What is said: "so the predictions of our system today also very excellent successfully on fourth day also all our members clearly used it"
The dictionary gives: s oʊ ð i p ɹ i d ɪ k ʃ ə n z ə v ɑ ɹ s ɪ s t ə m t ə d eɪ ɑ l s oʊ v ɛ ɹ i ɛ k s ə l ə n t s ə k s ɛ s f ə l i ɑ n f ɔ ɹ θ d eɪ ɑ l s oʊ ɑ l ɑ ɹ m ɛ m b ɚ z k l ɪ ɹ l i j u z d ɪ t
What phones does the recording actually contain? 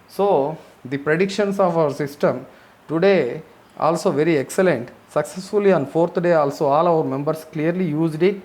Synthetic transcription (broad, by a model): s oʊ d i p ɹ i d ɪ k ʃ ə n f ə v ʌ ɹ s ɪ s t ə m t ə d eɪ ɑ l s oʊ v ɛ ɹ i ɛ k s ə l ə n t s ə k s ɛ s f ə l i ɑ n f ɔ ɹ t d eɪ ɑ l s oʊ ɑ l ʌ ɹ m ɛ m b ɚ s k l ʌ ɹ l i j u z d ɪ t